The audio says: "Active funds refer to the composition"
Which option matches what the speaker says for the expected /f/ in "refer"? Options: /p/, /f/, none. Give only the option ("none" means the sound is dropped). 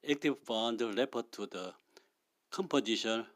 /p/